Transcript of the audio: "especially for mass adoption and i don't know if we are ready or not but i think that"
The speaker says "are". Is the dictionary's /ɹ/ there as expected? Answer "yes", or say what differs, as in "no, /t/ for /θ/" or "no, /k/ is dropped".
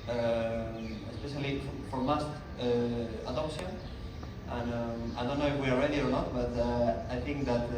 no, /l/ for /ɹ/